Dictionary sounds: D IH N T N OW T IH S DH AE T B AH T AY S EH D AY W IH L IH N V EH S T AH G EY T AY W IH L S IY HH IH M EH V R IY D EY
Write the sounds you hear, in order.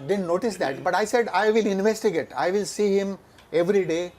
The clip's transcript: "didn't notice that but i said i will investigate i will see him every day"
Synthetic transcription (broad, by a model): D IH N N OW T IH S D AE T B AH T AY S EH D AY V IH L IH N V EH S T AH G EY T AY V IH L S IY HH IH M EH V R IY D EY